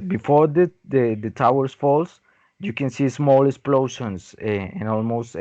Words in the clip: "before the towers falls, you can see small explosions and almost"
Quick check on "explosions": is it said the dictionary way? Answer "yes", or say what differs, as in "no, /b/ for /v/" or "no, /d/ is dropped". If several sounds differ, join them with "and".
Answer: no, /ʃ/ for /ʒ/